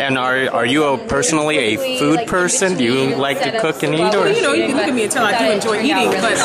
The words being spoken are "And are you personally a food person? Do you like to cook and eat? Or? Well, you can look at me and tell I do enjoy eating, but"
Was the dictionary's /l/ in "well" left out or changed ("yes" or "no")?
yes